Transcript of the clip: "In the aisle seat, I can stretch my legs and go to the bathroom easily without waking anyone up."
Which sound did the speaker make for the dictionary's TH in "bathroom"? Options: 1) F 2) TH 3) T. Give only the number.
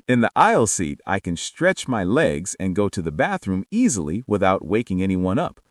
2